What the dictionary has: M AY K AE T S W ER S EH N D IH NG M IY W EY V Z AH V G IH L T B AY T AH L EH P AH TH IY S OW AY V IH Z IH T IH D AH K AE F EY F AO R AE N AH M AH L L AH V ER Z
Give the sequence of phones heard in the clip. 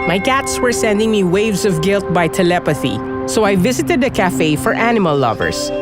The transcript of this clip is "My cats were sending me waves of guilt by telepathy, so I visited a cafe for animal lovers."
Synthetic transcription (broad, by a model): M AY K AE T S W ER S EH N D IH NG M IY W EY V Z AH V G IH L T B AY T AH L EH P AH TH IY S OW AY V IH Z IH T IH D AH K AE F EY F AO R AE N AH M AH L L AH V ER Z